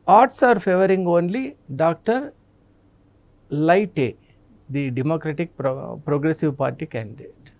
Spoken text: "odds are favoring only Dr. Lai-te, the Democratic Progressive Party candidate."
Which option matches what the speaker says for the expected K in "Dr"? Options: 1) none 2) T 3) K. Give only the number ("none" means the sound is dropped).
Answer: 3